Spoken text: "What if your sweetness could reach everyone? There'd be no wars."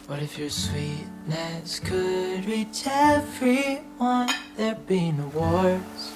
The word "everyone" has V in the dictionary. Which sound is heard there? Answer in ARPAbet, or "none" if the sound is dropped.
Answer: F